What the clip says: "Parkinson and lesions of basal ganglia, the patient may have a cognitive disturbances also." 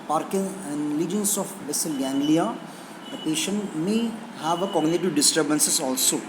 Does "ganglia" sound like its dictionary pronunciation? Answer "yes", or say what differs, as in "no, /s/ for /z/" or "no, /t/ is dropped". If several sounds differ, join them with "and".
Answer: yes